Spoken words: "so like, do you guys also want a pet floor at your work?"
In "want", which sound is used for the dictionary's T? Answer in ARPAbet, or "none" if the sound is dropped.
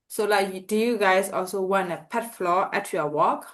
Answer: none